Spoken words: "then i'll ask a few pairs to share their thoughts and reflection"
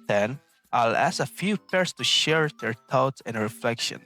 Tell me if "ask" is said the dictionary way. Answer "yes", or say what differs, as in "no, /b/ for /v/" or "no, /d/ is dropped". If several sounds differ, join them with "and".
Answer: no, /k/ is dropped